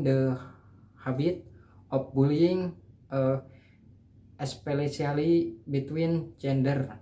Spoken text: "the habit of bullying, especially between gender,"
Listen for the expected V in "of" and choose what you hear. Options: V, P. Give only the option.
P